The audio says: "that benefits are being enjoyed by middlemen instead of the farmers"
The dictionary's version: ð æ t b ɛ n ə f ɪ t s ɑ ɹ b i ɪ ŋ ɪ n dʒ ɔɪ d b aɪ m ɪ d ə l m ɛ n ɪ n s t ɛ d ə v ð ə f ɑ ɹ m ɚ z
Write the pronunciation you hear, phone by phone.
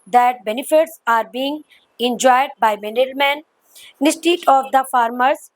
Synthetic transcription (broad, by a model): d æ t b ɛ n ə f ɪ t s ɑ ɹ b i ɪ ŋ ɪ n dʒ ɔɪ d b aɪ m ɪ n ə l m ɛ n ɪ s t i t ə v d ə f ɑ ɹ m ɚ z